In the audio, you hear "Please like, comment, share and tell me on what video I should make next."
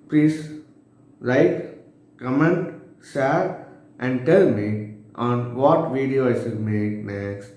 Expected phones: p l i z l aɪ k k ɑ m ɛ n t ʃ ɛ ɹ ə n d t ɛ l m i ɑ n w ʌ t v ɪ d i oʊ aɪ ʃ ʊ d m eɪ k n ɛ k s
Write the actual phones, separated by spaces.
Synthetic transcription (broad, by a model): p l i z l aɪ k k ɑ m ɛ n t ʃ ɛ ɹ ə n d t ɛ l m i ɑ n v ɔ t v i d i oʊ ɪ s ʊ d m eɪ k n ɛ k s